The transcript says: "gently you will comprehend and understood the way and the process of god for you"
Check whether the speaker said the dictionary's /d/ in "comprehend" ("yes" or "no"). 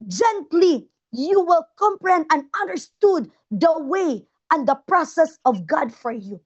no